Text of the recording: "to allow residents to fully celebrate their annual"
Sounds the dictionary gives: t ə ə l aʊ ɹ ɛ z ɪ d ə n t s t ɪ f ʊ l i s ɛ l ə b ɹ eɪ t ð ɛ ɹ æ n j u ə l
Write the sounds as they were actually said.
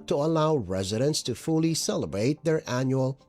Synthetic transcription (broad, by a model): t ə ə l aʊ ɹ ɛ z ɪ d ə n t s t ɪ f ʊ l i s ɛ l ə b ɹ eɪ t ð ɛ ɹ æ n j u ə l